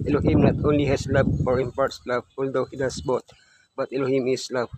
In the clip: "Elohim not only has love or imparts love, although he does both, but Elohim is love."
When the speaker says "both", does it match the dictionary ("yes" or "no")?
no